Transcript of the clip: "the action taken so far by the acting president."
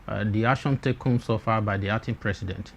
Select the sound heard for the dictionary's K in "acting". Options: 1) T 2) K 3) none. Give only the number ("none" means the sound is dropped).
3